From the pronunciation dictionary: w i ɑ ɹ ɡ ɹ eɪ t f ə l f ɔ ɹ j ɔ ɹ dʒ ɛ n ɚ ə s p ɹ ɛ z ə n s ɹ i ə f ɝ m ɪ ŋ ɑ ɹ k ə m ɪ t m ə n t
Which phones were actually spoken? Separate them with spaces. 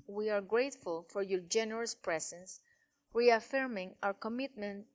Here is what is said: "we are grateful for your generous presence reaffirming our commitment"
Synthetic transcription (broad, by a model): w i ɑ ɹ ɡ ɹ eɪ t f ə l f ɔ ɹ j ɔ ɹ dʒ ɛ n ɚ ə s p ɹ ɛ s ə n s ɹ i ə f ɝ m ɪ ŋ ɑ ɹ k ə m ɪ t m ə n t